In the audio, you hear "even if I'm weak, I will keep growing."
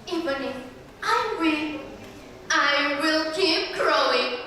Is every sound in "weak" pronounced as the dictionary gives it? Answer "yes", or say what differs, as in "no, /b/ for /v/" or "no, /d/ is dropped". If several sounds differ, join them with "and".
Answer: no, /k/ is dropped